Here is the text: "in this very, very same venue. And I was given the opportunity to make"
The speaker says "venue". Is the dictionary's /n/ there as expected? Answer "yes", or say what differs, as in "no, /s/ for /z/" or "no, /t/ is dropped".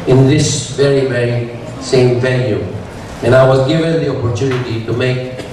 no, /l/ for /n/